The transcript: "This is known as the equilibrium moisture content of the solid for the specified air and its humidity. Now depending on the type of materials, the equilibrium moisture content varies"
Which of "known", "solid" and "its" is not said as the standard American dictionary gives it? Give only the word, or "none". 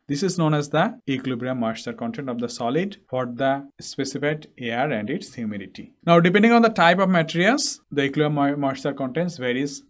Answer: none